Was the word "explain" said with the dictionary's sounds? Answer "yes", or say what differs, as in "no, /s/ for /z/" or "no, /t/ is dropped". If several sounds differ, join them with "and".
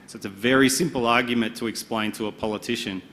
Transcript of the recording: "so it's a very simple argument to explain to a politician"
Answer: yes